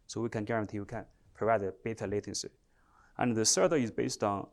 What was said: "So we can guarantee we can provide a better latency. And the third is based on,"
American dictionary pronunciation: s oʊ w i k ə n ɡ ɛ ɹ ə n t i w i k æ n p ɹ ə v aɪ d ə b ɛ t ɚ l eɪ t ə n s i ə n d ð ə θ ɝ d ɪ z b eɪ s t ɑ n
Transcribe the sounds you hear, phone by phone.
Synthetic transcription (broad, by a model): s oʊ w i k ə n ɡ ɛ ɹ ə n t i w i k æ n p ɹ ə v aɪ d ə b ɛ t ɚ l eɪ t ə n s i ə n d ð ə s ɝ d ɪ z b eɪ s t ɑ n